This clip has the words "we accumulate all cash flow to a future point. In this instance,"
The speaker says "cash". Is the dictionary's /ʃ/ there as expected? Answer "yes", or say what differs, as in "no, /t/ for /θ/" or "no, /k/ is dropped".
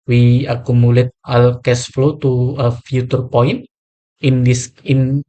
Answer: no, /s/ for /ʃ/